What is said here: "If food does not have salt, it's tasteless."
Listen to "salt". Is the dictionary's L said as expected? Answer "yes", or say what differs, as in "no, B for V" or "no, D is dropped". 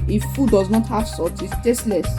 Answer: no, L is dropped